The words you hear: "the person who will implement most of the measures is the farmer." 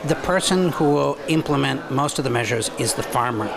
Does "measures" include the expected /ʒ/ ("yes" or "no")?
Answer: yes